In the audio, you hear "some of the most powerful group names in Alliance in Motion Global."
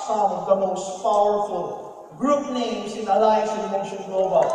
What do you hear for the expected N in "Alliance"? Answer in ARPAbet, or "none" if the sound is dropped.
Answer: none